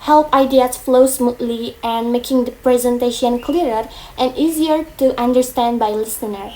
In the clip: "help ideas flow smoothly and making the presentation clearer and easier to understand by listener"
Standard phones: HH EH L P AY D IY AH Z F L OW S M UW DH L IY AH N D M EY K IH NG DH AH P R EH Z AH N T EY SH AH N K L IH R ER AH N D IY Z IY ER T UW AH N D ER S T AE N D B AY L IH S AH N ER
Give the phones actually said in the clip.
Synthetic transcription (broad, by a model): HH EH L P AY D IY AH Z F L OW S M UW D L IY AH N D M EY K IH NG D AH P R EH Z AH N T EY SH AH N K L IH R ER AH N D IY Z IY ER T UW AH N D ER S T AE N D B AY L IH S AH N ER